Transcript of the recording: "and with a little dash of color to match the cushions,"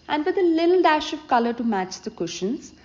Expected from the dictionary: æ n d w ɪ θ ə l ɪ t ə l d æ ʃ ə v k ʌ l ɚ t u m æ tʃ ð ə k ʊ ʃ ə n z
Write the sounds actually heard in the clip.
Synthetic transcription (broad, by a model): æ n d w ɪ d ə l ɪ t ə l d æ ʃ ə v k ʌ l ɚ t u m æ tʃ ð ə k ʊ ʃ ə n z